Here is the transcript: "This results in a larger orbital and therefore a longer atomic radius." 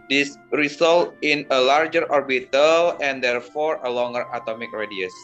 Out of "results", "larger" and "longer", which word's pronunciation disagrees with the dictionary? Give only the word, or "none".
results